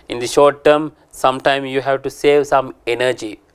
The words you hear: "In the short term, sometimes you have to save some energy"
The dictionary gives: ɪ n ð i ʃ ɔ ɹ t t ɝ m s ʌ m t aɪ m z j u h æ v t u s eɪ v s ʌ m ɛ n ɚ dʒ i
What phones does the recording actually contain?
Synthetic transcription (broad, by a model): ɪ n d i ʃ ɔ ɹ t t ɝ m s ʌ m t aɪ m j u h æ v t u s eɪ v s ʌ m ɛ n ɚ dʒ i